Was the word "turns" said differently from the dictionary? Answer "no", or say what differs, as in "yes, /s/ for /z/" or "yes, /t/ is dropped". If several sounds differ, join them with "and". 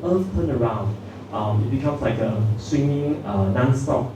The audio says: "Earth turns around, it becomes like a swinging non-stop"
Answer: yes, /z/ is dropped